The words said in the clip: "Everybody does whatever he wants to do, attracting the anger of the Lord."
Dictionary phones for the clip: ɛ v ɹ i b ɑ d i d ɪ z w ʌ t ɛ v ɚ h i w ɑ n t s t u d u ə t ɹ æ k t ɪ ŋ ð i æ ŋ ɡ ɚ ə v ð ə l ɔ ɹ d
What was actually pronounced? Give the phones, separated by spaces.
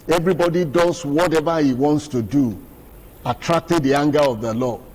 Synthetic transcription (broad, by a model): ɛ v ɹ i b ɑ d i d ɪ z w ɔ t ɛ v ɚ h i w ɑ n t s t u d u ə t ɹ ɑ k t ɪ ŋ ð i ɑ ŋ ɡ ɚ ə v ð ə l ɔ